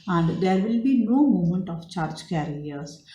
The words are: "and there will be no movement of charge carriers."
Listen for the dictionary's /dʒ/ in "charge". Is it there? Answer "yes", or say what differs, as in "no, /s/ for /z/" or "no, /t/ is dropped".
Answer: yes